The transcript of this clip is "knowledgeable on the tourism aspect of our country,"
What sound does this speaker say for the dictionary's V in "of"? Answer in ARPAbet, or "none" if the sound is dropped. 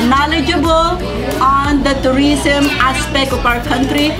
P